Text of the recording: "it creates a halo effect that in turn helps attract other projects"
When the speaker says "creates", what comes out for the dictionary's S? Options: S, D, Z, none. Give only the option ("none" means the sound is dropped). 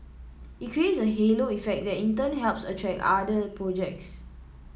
S